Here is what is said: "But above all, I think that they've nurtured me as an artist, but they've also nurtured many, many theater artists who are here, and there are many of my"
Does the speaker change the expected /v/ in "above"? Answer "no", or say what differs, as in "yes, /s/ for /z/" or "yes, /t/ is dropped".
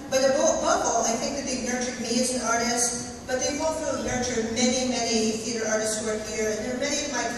yes, /b/ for /v/